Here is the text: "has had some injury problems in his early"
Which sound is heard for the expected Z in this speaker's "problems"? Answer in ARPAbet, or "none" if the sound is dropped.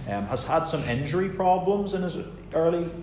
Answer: Z